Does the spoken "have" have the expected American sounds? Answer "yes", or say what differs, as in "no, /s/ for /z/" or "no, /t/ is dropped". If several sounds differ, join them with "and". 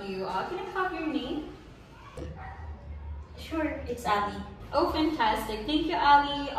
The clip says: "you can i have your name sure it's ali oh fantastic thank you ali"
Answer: no, /p/ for /v/